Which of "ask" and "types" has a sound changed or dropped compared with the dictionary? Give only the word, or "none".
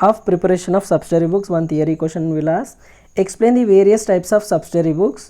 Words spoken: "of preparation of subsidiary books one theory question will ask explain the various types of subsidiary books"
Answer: ask